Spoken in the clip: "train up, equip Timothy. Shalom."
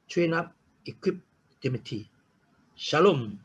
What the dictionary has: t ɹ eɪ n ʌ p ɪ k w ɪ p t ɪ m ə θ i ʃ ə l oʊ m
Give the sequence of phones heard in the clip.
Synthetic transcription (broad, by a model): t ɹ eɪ n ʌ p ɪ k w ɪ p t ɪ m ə t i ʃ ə l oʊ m